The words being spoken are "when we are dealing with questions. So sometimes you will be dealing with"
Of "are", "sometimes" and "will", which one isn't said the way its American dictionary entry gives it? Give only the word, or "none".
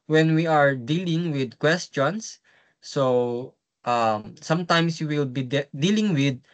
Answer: sometimes